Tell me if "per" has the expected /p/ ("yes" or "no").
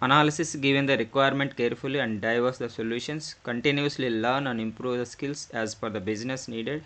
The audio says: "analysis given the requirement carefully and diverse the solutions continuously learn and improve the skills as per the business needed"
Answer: no